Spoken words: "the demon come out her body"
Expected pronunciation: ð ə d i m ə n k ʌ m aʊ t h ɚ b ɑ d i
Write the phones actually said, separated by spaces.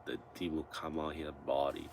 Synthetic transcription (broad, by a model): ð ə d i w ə l k ʌ m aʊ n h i b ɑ d i